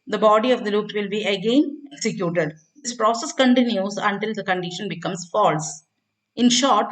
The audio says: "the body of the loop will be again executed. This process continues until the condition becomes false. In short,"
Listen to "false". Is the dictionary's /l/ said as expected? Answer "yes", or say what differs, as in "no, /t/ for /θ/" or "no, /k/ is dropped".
yes